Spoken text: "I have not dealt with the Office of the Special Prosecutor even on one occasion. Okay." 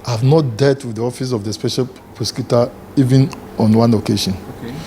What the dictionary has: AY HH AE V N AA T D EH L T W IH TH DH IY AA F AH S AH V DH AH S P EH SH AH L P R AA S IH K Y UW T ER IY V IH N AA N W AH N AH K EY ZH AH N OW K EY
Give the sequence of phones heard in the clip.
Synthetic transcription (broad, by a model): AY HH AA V N AA T D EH T W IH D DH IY AA F AH S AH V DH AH S P EH SH AH L P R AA S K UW T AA IY V IH N AA N W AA N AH K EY SH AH N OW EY